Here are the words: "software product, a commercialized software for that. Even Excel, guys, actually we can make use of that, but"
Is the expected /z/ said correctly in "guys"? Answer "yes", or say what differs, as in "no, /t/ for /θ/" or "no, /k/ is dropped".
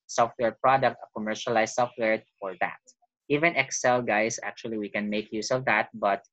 no, /s/ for /z/